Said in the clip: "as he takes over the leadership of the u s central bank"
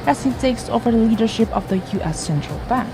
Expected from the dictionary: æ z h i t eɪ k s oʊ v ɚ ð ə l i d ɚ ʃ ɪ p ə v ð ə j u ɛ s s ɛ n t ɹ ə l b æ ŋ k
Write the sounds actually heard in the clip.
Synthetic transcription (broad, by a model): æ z h i t eɪ k s oʊ v ɚ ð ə l i d ɚ ʃ ɪ p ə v ð ə j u ɛ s s ɛ n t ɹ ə l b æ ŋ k